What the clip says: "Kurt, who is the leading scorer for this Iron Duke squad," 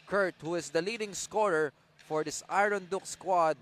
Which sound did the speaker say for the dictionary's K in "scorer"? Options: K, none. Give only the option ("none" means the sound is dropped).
K